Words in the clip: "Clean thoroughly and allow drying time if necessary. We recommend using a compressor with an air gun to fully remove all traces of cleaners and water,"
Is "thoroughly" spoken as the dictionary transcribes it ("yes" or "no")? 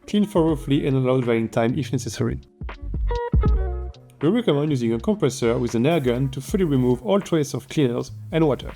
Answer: no